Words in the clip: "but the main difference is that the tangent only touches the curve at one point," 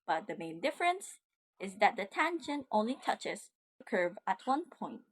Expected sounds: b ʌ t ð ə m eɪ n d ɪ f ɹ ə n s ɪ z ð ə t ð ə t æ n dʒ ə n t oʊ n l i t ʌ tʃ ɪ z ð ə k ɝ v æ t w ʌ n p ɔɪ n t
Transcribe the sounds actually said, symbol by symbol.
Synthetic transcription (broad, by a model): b ʌ t ð ə m eɪ n d ɪ f ɹ ə n s ɪ z ð ə t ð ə t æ n ʃ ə n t oʊ n l i t ʌ tʃ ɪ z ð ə k ɝ v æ t w ʌ n p ɔɪ n t